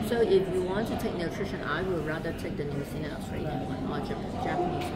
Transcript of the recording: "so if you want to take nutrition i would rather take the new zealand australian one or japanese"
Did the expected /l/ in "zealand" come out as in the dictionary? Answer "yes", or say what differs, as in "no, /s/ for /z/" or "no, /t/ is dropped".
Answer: no, /n/ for /l/